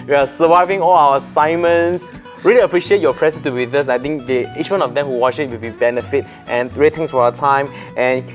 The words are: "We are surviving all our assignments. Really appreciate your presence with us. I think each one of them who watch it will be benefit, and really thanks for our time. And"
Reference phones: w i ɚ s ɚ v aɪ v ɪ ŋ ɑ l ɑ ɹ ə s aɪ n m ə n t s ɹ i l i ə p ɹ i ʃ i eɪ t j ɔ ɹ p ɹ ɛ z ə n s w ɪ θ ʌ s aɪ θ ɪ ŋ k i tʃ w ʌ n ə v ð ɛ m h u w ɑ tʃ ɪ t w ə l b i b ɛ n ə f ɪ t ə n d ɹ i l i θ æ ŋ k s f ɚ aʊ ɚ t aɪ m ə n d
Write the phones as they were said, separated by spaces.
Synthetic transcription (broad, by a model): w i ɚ s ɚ v aɪ v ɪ ŋ ɑ l ɑ w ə s aɪ m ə n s ɹ i l i ə p ɹ i ʃ i eɪ t j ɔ p ɹ ɛ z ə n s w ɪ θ ʌ s aɪ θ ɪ ŋ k i tʃ w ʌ n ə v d ɛ m h u w ɑ tʃ ɪ t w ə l b i b ɛ n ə f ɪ t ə n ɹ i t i ŋ s f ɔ aʊ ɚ t aɪ m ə n